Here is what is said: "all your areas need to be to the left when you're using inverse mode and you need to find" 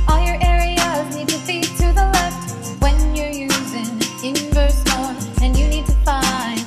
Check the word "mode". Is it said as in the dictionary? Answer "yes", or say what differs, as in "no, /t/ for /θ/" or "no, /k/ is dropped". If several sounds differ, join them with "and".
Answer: no, /d/ is dropped